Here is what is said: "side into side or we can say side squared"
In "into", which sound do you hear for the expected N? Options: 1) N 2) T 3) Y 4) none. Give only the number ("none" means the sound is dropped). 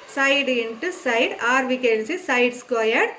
1